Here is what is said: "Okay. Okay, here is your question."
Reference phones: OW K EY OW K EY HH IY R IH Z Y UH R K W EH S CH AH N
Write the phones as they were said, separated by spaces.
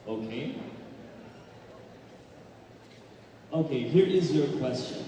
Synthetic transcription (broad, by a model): OW K EY OW K EY HH IY R IH Z Y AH R K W EH S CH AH N